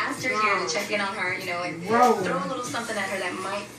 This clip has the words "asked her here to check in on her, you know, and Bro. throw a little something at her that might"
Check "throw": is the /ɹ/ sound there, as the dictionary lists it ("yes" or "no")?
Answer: yes